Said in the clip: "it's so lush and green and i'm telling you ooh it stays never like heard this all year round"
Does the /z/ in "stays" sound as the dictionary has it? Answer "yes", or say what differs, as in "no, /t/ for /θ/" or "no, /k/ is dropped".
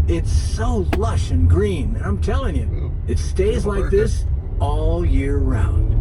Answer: yes